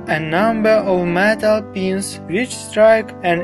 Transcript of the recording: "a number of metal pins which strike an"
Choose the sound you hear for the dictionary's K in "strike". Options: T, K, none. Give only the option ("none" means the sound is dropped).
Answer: K